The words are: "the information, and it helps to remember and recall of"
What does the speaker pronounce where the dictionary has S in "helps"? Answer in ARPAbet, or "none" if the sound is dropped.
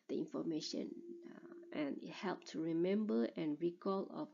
none